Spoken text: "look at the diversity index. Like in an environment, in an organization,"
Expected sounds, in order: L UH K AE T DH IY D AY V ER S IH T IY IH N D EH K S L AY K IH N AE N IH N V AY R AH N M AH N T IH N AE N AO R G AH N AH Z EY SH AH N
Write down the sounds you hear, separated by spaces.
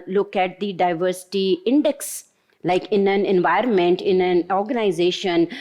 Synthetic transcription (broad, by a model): L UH K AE T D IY D AY V ER S IH T IY IH N D EH K S L AY K IH N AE N IH N V AY R AH N M AH N T IH N AE N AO R G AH N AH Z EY SH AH N